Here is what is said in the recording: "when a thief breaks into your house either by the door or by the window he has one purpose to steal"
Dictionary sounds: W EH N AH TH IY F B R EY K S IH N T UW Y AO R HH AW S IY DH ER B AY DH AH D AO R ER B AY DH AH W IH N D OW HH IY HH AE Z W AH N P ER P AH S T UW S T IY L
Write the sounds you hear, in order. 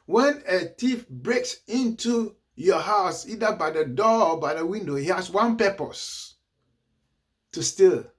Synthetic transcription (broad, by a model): W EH N AH T IY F B R EY K S IH N T UW Y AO HH AW S IY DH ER B AY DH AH D AO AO B AY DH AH W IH N D OW HH IY HH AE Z W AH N P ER P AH S T UW S T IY L